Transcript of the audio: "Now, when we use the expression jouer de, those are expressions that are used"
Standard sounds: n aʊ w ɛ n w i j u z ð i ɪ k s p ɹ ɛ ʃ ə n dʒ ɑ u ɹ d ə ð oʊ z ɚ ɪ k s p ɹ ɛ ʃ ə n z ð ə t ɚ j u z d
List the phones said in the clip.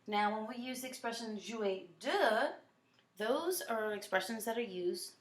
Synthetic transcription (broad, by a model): n aʊ w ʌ n w i j u z ð i ɪ k s p ɹ ɛ ʃ ə n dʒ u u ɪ d ə ð oʊ z ɚ ɪ k s p ɹ ɛ ʃ ə n z ð ə t ɚ j u z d